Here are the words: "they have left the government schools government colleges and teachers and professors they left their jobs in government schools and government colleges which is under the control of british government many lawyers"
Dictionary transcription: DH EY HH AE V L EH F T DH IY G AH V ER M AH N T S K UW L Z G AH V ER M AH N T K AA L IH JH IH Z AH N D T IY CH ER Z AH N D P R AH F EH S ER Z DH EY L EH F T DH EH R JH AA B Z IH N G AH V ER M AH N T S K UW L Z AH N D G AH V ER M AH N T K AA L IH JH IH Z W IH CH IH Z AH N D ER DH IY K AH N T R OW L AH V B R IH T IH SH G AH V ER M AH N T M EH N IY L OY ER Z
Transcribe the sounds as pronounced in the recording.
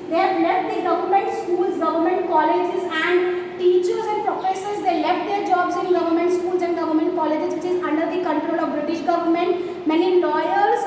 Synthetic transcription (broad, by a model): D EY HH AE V L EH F T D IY G AH V ER M AH N T S K UW L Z G AH V ER M AH N T K AA L IH JH IH Z AH N D T IY CH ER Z AH N D P R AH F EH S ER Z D EY L EH F T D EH R JH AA B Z IH N G AH V ER M AH N T S K UW L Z AH N D G AH V ER M AH N T K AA L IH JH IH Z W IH CH IH Z AH N D ER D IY K AH N T R OW L AH V B R IH T IH SH G AH V ER M AH N T M EH N IY L OY ER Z